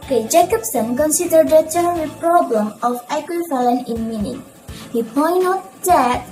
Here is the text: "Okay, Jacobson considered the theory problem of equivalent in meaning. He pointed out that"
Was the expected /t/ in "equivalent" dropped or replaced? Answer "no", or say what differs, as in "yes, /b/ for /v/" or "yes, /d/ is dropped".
yes, /t/ is dropped